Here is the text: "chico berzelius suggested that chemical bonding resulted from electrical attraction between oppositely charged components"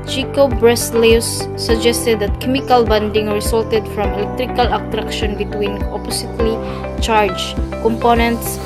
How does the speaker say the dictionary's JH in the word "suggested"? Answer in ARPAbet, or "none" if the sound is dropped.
JH